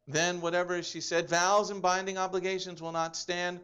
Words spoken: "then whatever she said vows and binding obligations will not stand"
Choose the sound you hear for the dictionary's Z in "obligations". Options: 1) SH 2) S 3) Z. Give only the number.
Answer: 3